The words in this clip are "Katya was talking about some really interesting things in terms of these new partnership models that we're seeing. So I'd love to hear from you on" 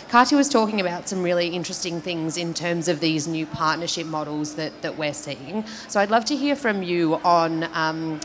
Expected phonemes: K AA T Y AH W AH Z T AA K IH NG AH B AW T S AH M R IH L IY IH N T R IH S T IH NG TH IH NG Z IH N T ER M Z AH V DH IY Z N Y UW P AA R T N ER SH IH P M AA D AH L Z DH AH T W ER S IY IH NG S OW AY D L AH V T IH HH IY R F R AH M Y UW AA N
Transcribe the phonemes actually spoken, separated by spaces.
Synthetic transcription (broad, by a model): K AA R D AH W AH Z T AA K IH NG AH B AW T S AH M R IH L IY IH N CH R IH S T IH NG TH IH NG Z IH N T ER M Z AH V DH IY Z N Y UW P AA R T N ER SH IH P M AA D L Z DH AH T W ER S IY IH NG S OW AY D L AH V T IH HH IY R F R AH M Y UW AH N